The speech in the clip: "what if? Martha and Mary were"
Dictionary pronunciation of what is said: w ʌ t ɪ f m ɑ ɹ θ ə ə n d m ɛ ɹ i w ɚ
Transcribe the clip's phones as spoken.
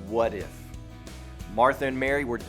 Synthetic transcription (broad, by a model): w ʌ t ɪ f m ɑ ɹ θ ə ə n m ɛ ɹ i w ɚ